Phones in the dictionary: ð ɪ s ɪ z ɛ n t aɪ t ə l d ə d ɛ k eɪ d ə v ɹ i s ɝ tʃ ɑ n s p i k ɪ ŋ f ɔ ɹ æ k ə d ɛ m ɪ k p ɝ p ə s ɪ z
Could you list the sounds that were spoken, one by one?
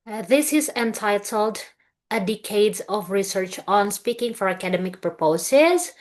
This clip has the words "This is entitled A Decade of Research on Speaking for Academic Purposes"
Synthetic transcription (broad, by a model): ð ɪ s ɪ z ɛ n t aɪ t ə l d ə d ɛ k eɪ d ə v ɹ i s ɝ tʃ ɑ n s p i k ɪ ŋ f ɔ ɹ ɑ k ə d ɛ m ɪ k p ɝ p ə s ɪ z